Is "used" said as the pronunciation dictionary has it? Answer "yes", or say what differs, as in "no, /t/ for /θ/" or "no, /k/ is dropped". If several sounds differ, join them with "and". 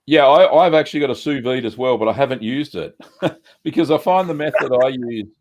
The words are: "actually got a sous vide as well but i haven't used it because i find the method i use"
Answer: yes